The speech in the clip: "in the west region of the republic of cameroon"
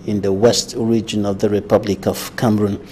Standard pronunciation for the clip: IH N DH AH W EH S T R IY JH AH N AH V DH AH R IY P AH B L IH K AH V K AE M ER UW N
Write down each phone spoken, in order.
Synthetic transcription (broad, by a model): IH N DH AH W EH S T R IY JH AH N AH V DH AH R IY P AH B L IH K AH V K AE M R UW N